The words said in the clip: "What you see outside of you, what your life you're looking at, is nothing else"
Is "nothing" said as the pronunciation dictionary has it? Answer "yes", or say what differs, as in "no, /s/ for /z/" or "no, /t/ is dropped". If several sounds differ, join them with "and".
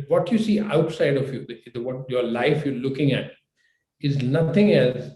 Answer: no, /t/ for /θ/